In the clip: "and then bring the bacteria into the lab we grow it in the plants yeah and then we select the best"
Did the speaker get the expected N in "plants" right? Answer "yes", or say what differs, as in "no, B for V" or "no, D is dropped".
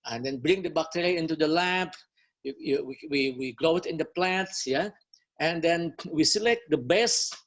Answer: no, N is dropped